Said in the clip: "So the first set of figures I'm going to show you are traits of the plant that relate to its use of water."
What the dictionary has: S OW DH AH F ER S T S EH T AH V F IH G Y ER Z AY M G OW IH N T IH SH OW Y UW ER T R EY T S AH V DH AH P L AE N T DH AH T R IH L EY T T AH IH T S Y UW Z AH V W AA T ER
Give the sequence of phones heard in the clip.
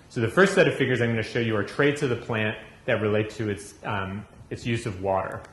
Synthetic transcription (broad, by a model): S OW DH AH F ER S T S EH T AH V F IH G Y ER Z AY M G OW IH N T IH SH OW Y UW ER T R EY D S AH V DH AH P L AE N DH AH T R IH L EY T T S IH T S Y UW Z AH V W AA T ER